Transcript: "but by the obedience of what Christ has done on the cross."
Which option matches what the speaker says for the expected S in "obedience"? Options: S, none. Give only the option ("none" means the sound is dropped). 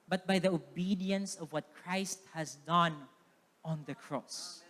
S